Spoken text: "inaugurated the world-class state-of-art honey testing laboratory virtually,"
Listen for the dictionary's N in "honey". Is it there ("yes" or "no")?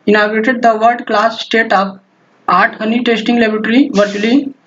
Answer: yes